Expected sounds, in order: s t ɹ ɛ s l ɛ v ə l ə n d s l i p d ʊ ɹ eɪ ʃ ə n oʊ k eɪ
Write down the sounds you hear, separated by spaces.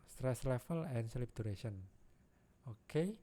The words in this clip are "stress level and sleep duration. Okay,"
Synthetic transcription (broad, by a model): s t ɹ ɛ s l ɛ f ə l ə n s l i p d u ɹ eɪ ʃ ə n oʊ k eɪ